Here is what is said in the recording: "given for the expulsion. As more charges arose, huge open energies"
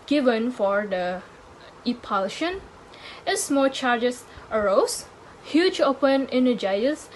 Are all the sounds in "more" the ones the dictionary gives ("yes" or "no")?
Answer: no